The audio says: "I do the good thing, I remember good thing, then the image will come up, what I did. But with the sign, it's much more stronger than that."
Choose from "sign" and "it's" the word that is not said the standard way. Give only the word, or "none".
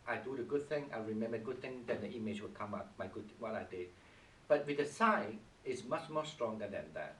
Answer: sign